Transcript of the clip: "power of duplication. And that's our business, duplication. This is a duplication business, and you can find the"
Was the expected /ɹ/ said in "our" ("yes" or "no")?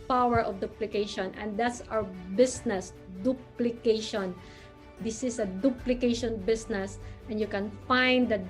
no